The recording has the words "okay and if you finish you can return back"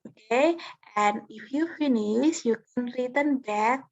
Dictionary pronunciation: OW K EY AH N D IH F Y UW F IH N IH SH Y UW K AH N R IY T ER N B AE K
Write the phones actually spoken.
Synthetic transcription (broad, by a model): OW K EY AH N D IH F Y UW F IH N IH S Y UW K AH N R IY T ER N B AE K